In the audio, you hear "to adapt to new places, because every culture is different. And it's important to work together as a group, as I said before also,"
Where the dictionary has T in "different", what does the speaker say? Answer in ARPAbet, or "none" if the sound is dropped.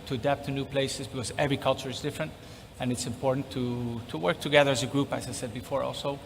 T